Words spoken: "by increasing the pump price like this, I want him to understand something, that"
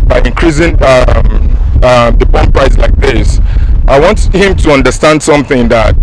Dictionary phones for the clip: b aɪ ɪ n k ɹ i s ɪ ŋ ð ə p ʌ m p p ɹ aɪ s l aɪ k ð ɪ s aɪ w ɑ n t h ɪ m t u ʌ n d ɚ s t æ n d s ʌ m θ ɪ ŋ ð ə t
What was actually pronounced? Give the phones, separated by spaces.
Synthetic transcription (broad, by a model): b aɪ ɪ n k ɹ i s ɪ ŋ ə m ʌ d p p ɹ aɪ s l aɪ k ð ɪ s aɪ w ɑ n t h ɪ m t u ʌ n d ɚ s t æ n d s ʌ m θ ɪ ŋ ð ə t